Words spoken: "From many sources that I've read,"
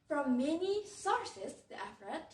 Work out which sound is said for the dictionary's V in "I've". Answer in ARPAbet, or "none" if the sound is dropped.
F